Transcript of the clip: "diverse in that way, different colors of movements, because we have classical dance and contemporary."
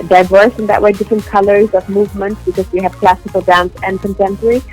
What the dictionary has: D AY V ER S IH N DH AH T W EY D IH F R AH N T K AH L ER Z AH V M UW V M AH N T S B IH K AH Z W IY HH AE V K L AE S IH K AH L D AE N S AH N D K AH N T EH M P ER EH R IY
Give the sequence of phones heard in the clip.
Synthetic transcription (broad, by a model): D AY V ER S IH N DH AH T W EY D IH F R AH N K AH L ER Z AH V M UW V M AH N T S B IH K AH Z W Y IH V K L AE S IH K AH L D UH N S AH N K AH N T EH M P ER R IY